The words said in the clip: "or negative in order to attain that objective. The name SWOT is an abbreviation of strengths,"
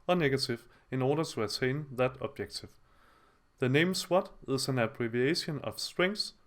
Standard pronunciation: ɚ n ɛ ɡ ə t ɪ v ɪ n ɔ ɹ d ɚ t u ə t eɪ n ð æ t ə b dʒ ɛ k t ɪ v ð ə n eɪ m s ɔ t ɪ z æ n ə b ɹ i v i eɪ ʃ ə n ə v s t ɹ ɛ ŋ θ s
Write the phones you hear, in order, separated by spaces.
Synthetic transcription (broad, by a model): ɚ n ɛ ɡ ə s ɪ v ɪ n ɔ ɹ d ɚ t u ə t eɪ n ð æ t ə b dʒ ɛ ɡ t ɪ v ð ə n eɪ m s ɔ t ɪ s æ n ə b ɹ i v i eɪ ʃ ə n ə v s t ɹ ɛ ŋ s